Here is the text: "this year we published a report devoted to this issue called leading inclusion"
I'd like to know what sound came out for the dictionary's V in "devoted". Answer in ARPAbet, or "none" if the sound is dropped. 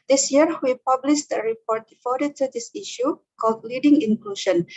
F